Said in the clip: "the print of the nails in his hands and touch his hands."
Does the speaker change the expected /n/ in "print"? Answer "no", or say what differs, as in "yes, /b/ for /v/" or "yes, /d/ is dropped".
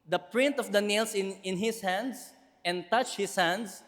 no